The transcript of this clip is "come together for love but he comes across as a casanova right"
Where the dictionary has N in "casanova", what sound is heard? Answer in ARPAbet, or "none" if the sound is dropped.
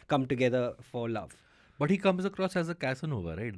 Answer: N